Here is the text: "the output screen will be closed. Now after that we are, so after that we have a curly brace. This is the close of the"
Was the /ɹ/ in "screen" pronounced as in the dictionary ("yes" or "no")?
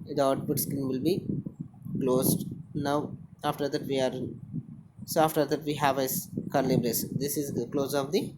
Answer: no